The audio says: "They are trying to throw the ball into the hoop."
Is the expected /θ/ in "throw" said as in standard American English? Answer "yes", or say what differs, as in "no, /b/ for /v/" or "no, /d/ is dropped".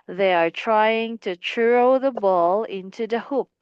no, /t/ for /θ/